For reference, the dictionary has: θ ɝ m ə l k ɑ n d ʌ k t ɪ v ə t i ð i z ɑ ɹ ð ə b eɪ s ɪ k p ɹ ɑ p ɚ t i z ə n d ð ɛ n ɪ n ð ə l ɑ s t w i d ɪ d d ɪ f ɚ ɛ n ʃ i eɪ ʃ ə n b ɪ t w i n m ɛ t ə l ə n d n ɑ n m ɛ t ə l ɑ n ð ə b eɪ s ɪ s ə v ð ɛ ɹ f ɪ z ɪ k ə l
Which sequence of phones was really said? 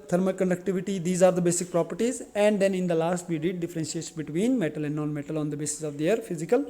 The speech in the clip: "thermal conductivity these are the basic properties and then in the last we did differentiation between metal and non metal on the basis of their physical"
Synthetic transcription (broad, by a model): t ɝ m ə k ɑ n d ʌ k t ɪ v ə t i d i z ɑ ɹ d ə b eɪ s ɪ k p ɹ ɑ p ɚ t i z ə n d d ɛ n ɪ n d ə l ɑ s t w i d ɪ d d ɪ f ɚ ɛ n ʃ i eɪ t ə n b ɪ t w i n m ɛ t ə l ə n d n ɑ n m ɛ t ə l ɑ n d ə b eɪ s ɪ s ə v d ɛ ɹ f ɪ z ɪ k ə l